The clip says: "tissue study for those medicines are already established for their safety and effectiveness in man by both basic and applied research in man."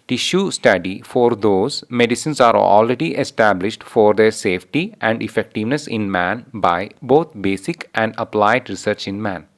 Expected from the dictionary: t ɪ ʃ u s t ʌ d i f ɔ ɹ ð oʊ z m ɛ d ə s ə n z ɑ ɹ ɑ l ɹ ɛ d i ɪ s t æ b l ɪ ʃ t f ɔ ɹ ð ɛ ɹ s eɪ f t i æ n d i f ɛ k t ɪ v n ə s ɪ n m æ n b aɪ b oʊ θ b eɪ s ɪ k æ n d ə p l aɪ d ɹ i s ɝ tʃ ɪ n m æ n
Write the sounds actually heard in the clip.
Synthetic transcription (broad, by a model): t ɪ ʃ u s t ʌ d i f ɔ ɹ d oʊ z m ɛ d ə s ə n s ɑ ɹ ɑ l ɹ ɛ d i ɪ s t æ b l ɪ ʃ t f ɔ ɹ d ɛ ɹ s eɪ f t i æ n d i f ɛ k t ɪ v n ə s ɪ n m æ n b aɪ b oʊ t b eɪ s ɪ k æ n d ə p l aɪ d ɹ i s ɝ tʃ ɪ n m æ n